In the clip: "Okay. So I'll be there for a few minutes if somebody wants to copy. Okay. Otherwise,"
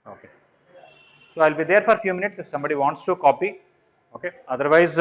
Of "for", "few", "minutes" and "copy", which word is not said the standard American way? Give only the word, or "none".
none